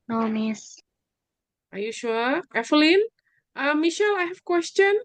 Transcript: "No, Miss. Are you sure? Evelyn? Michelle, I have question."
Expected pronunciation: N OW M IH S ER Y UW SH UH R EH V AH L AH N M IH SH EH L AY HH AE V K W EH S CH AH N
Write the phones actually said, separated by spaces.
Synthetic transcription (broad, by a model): N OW M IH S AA Y UW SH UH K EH F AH L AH N M IH SH EH L AY HH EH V K W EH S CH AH N